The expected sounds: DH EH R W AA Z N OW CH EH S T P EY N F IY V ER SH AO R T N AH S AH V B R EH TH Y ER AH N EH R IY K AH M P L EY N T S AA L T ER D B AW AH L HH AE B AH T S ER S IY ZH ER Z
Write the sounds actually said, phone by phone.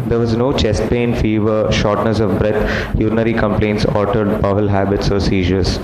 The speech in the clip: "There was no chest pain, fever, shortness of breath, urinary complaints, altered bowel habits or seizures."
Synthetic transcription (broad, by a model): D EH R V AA Z N OW CH EH S T P EY N F IY V ER SH AO R T N AH S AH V B R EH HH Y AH N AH R IY K AH M P L EY N T S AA T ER D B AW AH L HH AE B AH T S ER S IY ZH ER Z